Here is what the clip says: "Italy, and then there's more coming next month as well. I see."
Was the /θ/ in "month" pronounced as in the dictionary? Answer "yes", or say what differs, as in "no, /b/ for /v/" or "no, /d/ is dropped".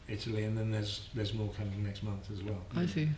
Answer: yes